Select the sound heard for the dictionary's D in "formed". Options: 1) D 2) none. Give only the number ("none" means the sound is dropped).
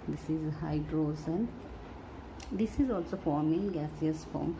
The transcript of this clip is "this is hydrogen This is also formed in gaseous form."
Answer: 2